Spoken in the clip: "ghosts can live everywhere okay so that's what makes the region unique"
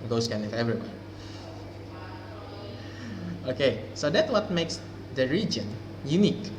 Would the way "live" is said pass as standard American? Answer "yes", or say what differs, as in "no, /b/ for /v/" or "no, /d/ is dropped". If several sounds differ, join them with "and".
no, /w/ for /l/